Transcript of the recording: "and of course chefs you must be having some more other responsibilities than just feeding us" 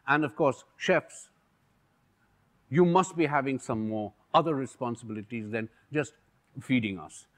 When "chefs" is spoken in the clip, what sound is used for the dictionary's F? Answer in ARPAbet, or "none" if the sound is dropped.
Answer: F